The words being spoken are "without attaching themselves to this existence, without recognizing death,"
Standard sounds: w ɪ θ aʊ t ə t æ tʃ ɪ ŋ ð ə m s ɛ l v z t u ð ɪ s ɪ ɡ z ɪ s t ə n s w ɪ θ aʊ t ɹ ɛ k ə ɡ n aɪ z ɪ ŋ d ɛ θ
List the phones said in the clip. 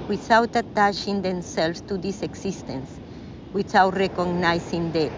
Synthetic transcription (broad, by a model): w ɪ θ aʊ t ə t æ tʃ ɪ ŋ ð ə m s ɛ l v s t u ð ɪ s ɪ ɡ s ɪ s t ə n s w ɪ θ aʊ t ɹ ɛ k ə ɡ n aɪ s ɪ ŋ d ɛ